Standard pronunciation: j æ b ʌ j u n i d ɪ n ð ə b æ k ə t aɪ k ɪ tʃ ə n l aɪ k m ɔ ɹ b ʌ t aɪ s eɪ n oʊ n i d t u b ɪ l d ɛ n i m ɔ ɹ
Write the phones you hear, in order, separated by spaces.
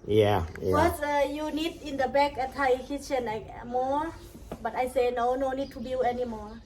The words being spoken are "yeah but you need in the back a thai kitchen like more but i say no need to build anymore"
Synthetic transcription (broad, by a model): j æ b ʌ j u n i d ɪ n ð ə b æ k ə t aɪ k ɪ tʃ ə n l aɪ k m ɔ ɹ b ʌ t aɪ s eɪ n oʊ n i d t u b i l ɛ n i m ɔ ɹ